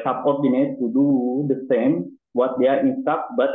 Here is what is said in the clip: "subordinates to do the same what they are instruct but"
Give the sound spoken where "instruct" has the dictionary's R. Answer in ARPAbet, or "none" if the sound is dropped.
none